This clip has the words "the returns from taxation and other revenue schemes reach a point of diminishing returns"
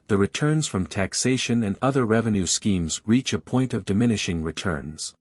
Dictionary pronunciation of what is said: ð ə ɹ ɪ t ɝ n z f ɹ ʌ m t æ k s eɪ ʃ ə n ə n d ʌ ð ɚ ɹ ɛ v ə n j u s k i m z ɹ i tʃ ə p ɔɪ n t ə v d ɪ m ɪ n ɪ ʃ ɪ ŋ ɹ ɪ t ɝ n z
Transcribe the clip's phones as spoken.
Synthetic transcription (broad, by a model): ð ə ɹ ɪ t ɝ n z f ɹ ʌ m t æ k s eɪ ʃ ə n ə n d ʌ ð ɚ ɹ ɛ v ə n j u s k i m z ɹ i tʃ ə p ɔɪ n t ə v d ɪ m ɪ n ɪ ʃ ɪ ŋ ɹ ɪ t ɝ n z